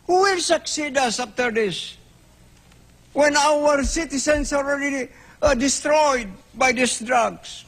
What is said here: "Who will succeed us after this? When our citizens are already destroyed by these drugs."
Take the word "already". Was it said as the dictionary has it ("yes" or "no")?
no